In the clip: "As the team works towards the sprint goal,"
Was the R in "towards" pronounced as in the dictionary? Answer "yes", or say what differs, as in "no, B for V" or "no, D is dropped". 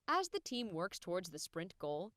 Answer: yes